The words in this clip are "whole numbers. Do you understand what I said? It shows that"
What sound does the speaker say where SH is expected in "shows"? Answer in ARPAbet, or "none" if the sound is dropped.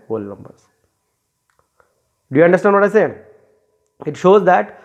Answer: SH